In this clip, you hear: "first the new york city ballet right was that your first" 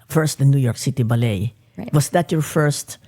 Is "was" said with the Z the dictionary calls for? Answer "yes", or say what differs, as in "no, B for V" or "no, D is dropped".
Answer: no, S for Z